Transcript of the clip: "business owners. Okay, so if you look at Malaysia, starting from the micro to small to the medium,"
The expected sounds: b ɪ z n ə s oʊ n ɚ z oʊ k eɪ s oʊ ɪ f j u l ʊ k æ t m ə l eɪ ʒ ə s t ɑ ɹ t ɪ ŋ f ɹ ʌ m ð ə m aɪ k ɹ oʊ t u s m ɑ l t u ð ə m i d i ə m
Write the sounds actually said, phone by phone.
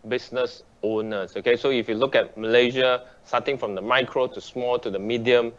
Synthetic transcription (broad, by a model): b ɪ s n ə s oʊ n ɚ s oʊ k eɪ s oʊ ɪ f j u l ʊ k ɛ t m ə l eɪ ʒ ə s t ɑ t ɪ ŋ f ɹ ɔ m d ə m aɪ k ɹ oʊ t u s m ɑ l t u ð ə m i d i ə m